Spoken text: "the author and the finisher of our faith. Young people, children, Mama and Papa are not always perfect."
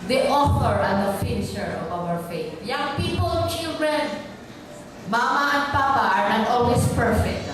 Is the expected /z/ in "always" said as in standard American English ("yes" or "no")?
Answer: no